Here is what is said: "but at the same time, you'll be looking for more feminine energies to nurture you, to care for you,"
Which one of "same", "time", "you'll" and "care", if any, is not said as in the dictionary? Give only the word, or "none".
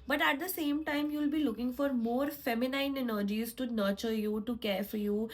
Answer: none